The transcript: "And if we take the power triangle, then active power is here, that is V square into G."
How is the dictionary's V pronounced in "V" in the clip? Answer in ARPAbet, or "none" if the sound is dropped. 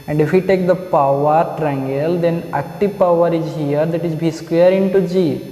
B